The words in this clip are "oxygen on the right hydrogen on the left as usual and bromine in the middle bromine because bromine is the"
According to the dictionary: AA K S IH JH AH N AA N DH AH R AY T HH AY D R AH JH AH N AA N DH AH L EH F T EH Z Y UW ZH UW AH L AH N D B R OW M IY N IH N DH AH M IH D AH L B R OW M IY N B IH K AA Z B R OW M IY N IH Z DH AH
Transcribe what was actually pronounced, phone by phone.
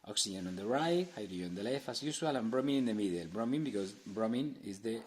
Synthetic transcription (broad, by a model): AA K S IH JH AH N AA N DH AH R AY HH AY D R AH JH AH AA N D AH L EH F AA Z Y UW SH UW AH L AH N B R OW M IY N IH N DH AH M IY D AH L B R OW M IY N B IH K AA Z B R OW M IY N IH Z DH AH